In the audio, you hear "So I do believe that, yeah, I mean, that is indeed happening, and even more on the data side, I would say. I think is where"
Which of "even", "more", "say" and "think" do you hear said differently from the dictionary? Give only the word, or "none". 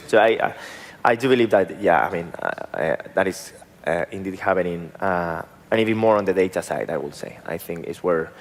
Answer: none